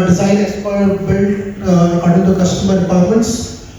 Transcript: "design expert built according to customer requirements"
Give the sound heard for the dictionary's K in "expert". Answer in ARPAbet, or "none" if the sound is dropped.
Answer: none